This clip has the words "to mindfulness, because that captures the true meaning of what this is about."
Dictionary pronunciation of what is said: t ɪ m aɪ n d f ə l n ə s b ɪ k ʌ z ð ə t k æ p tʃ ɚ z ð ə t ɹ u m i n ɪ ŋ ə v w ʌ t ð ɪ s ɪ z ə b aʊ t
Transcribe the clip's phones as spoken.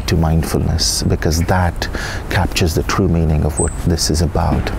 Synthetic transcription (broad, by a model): t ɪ m aɪ n d f ə l n ə s b ɪ k ʌ z ð ə t k æ p tʃ ɚ z ð ə t ɹ u m i n ɪ ŋ ə v w ʌ t ð ɪ s ɪ z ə b aʊ t